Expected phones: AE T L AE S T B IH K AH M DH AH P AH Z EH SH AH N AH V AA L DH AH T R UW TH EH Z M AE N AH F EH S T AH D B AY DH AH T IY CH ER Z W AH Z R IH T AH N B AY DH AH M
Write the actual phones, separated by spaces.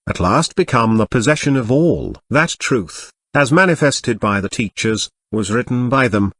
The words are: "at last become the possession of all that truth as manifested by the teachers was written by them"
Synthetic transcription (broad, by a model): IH T L AE S T B IH K AH M DH AH P AH Z EH SH AH N AH V AA L DH AH T R UW TH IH Z M AE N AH F EH S T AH D B AY DH AH T IY CH ER Z W AH Z R IH T N B AY DH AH M